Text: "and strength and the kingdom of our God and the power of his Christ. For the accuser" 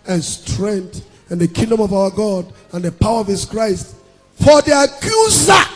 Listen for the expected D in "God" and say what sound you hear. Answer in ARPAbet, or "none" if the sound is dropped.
D